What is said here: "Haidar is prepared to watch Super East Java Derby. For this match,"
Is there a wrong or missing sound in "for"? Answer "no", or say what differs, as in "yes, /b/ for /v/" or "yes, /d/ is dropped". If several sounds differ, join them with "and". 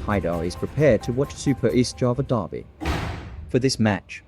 no